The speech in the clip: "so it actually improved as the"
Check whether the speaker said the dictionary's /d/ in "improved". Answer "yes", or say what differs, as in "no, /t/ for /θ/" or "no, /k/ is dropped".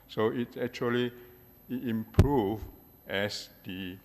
no, /d/ is dropped